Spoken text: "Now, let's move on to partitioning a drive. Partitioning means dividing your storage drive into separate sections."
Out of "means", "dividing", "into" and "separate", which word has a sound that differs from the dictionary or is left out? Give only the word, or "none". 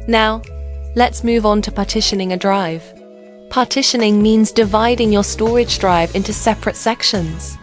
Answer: none